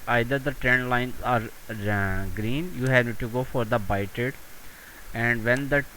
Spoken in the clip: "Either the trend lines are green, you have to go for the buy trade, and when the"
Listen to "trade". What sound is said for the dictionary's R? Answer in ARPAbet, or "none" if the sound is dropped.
none